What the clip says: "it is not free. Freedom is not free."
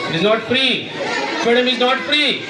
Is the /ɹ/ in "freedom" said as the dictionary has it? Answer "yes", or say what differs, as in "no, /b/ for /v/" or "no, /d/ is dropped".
no, /ɹ/ is dropped